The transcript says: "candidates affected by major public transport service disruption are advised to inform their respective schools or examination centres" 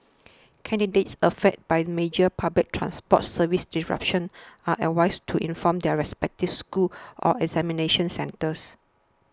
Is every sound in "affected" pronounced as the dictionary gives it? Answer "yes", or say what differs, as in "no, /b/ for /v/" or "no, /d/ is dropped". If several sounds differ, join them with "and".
no, /k/ is dropped